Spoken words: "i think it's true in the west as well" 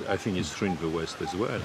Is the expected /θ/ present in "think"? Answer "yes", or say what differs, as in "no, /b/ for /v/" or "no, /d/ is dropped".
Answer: yes